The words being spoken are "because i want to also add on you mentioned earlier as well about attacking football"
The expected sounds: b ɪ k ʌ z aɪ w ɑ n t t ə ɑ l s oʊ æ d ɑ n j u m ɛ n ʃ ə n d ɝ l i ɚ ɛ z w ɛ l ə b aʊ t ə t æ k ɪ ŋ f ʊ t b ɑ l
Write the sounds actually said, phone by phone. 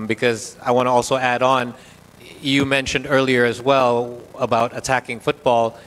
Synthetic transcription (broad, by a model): b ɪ k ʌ z aɪ w ɑ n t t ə ɑ l s oʊ æ d n j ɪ m ɛ n ʃ ə n d ɝ l i ɚ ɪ z w ɛ l ə b aʊ t ə t æ k ɪ ŋ f ʊ t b ɑ l